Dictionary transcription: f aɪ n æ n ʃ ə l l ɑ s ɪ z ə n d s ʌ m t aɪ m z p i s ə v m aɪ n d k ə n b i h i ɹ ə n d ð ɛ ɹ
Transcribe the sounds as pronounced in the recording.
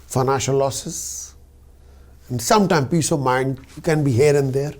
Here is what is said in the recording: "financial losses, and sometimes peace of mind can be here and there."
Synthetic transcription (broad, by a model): f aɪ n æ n ʃ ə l l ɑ s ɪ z ə n d s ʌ m t aɪ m p i s ə v m aɪ n d k ə n b i h i ɹ ə n d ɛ ɹ